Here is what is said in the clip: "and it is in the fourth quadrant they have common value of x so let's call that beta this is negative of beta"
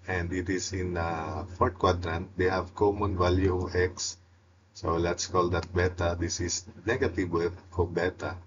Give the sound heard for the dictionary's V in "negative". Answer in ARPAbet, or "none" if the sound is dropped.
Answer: W